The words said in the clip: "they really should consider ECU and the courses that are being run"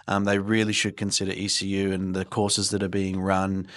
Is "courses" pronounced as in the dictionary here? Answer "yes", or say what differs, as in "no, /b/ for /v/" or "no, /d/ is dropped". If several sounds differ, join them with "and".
yes